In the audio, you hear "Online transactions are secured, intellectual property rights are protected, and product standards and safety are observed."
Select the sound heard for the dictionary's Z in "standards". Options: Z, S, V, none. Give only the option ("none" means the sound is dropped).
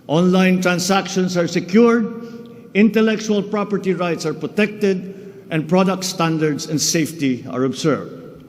S